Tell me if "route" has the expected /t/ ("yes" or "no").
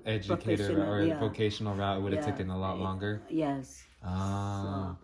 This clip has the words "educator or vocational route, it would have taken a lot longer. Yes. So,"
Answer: no